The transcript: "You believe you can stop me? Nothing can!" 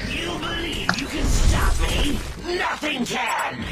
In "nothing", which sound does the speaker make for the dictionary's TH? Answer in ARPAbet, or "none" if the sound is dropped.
TH